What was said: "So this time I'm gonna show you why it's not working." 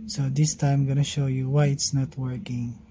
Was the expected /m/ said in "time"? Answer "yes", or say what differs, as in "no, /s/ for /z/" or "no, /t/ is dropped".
no, /m/ is dropped